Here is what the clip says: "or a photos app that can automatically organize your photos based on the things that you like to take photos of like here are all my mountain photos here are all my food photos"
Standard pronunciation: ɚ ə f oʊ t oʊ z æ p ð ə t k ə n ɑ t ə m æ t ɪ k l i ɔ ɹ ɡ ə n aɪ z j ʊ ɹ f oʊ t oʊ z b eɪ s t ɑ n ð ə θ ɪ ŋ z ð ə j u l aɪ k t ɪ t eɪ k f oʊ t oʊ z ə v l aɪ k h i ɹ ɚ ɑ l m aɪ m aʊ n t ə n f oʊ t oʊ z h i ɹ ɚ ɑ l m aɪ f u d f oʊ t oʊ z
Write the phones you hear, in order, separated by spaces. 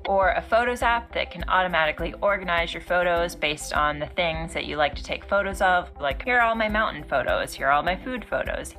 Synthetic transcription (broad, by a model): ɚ ə f oʊ t oʊ z æ p ð ə t k ə n ɑ t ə m æ t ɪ k l i ɔ ɹ ɡ ə n aɪ z j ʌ ɹ f oʊ t oʊ z b eɪ s t n ð ə θ ɪ ŋ z ð ə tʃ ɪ l aɪ k t ɪ t eɪ k f oʊ t oʊ z ə v l aɪ k h i ɹ ɑ l m aɪ m aʊ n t n f oʊ t oʊ z h i ɹ ɑ l m aɪ f u d f oʊ t oʊ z